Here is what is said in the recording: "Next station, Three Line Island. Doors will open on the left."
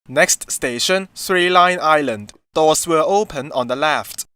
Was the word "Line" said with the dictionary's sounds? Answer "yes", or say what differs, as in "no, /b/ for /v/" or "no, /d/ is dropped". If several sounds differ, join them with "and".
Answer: yes